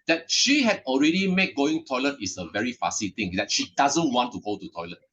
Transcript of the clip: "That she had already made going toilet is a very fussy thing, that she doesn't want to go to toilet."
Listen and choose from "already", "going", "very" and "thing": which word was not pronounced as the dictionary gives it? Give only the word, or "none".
thing